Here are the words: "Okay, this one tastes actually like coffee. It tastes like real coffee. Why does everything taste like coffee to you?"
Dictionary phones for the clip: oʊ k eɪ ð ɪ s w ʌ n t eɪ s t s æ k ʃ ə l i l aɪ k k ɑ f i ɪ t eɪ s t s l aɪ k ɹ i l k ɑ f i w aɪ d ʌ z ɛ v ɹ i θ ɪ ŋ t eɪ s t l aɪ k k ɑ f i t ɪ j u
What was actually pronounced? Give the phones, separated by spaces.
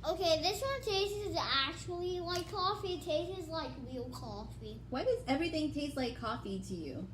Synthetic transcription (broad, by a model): oʊ k eɪ ð ɪ s w ʌ n t eɪ s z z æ k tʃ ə l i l aɪ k k ɑ f i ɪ t eɪ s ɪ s l aɪ k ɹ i l k ɑ f i w aɪ d ʌ z ɛ v ɹ i θ ɪ ŋ t eɪ s t l aɪ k k ɑ f i t ɪ j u